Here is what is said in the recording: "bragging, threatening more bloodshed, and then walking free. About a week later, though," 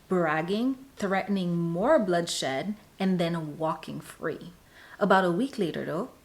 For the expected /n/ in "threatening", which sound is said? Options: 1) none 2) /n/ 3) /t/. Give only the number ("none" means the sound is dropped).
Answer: 2